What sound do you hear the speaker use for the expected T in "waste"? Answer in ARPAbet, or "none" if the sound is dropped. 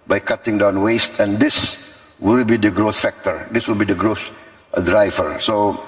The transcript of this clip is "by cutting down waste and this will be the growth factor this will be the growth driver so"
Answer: T